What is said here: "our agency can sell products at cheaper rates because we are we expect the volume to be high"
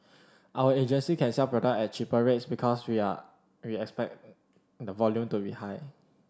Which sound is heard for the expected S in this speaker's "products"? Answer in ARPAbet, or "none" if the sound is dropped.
none